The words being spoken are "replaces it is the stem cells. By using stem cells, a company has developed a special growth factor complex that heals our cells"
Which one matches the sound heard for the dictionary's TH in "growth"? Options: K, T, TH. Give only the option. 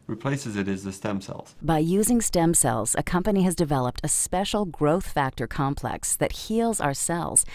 TH